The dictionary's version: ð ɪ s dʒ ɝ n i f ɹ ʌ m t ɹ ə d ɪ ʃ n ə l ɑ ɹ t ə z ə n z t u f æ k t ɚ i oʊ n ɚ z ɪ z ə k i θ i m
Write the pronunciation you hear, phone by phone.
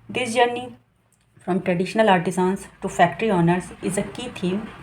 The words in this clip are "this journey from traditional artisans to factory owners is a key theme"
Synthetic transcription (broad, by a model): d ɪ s dʒ ɝ n i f ɹ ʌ m t ɹ ə d ɪ ʃ n ə l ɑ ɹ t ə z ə n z t u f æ k t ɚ i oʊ n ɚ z ɪ z ə k i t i m